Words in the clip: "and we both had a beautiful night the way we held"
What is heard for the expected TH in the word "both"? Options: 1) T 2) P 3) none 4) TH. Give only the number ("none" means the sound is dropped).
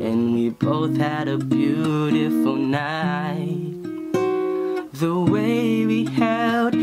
4